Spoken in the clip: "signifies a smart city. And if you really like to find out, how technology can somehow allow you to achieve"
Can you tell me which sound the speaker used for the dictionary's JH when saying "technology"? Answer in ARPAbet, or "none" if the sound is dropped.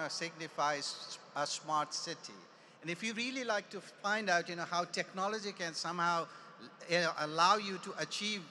JH